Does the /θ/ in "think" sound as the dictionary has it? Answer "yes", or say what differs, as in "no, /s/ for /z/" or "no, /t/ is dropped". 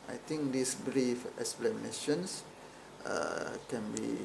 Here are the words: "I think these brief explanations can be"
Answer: no, /t/ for /θ/